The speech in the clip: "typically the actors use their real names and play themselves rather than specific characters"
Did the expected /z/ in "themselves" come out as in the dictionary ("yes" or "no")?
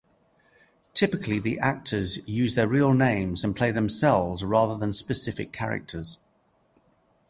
yes